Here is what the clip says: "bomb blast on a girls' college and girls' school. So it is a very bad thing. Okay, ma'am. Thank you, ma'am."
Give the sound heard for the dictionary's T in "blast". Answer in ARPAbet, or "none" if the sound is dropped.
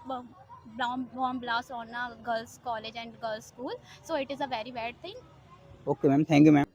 none